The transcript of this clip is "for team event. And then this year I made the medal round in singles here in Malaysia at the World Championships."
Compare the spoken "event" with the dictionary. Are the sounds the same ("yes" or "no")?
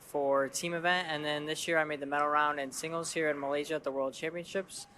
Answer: yes